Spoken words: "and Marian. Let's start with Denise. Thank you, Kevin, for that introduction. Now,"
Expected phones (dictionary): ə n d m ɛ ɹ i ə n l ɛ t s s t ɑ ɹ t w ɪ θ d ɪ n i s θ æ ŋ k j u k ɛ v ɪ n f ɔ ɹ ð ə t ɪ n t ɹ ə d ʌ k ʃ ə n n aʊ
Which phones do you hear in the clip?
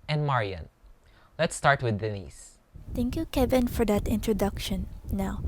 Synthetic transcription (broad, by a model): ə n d m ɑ ɹ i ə n l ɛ t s s t ɑ ɹ t w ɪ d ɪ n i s t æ ŋ k j u k ɛ v ɪ n f ɔ ɹ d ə t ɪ n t ɹ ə d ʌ k ʃ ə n n aʊ